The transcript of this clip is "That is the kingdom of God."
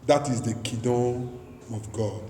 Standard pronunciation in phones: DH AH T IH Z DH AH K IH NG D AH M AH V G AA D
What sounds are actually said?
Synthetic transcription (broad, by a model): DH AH T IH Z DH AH K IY D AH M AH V G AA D